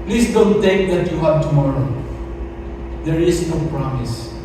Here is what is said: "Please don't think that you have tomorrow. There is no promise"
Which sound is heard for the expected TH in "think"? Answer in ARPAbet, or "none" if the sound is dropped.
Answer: T